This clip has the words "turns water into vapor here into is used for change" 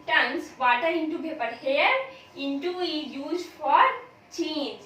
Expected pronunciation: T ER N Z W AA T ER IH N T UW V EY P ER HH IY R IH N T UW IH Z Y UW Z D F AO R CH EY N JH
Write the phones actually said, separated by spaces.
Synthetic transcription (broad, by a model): T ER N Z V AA T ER IH N T UW P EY P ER HH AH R IH N T UW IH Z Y UW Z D F AO R CH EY N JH